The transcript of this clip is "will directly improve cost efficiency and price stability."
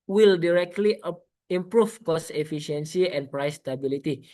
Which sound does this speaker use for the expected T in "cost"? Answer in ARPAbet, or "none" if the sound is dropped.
none